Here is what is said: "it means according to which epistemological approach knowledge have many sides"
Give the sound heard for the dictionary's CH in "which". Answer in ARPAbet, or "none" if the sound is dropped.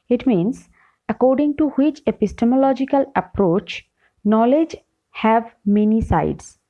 CH